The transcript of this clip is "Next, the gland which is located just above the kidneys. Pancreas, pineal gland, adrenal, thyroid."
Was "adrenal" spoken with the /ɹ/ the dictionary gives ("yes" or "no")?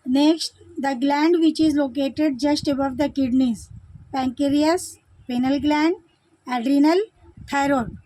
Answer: yes